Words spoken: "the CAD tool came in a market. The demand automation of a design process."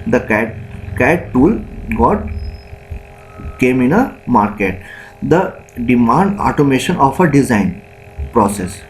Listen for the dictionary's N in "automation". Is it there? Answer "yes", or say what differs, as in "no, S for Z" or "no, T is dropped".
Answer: yes